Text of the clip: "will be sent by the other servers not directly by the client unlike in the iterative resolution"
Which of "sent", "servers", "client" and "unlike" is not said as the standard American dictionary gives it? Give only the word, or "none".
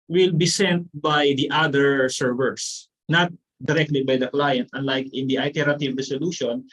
servers